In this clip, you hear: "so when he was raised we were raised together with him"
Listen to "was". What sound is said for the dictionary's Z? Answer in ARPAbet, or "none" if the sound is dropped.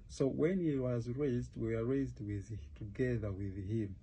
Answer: Z